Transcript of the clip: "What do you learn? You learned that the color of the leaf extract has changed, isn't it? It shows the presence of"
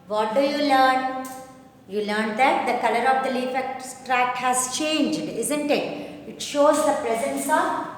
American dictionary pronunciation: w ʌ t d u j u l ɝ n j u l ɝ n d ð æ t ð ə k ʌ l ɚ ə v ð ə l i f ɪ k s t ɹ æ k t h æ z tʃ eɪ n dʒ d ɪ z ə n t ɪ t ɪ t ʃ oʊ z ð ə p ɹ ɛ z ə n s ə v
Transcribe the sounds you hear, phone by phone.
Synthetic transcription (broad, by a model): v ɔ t d u j u l ɝ n j u l ɝ n d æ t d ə k ʌ l ɚ ə v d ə l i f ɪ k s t ɹ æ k h æ z tʃ eɪ n dʒ d ɪ z ə n t ɪ t ɪ t ʃ oʊ z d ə p ɹ ɛ z ə n s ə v